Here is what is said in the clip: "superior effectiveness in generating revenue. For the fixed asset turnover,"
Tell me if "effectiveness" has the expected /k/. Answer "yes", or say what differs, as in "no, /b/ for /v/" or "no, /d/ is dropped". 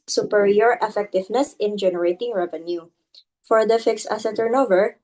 yes